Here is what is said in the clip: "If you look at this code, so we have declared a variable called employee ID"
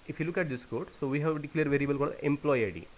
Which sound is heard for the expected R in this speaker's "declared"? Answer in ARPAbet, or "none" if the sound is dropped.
L